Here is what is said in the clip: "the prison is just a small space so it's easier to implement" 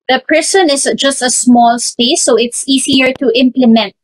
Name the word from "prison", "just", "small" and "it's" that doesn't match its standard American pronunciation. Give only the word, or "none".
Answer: prison